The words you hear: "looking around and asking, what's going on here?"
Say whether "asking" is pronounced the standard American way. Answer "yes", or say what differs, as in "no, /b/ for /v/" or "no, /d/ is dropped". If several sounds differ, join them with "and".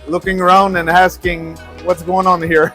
yes